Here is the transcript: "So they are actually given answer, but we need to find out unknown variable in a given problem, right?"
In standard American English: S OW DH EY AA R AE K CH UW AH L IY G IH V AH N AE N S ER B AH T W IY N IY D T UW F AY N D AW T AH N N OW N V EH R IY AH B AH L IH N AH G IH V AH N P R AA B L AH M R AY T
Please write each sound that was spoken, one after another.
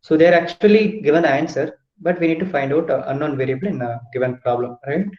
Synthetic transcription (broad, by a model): S OW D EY AA R AE K CH UW AH L IY G IH V AH N AE N S ER B AH T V IY N IY D T UW F AY N D AW T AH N N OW N V EH R IY AH B AH L IH N AH G IH V AH N P R AA B L AH M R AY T